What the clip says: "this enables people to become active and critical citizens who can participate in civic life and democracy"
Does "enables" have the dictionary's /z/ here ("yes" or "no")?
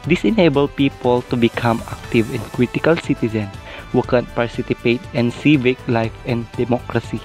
no